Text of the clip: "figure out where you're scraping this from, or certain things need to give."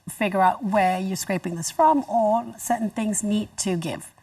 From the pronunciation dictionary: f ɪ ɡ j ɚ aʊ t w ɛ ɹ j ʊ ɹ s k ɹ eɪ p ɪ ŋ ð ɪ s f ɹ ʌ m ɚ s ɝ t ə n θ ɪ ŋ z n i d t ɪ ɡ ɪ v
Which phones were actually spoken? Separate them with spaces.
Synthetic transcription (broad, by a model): f ɪ ɡ j ɚ aʊ t w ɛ ɹ j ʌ ɹ s k ɹ eɪ p ɪ ŋ ð ɪ s f ɹ ʌ m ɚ s ɝ t n θ ɪ ŋ z n i d t ɪ ɡ ɪ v